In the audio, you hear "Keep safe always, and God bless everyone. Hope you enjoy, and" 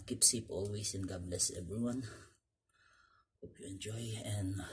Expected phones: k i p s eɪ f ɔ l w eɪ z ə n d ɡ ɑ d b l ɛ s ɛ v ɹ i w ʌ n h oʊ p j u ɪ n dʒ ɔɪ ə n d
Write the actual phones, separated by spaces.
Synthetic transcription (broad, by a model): k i p s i p ɔ l w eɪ s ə n ɡ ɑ b l ɛ s ɛ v ɹ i w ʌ n h oʊ p j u ɪ n dʒ ɔɪ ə n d